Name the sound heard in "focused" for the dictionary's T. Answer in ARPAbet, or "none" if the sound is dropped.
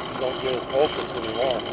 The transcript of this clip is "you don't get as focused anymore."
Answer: none